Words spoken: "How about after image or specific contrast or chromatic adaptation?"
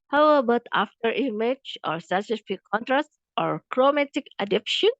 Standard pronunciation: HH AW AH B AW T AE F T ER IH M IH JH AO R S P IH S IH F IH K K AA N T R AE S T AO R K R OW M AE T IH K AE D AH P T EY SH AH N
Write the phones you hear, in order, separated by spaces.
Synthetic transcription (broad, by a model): HH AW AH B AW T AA F T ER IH M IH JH AO R S IH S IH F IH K K AA N T R AE S T AO R K R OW M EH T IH K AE D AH P SH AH N